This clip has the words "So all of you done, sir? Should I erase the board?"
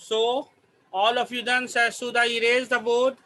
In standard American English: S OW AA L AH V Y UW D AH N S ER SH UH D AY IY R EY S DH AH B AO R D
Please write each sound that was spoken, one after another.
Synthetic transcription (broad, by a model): S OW AA L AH F Y UW D AH N S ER S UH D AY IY R EY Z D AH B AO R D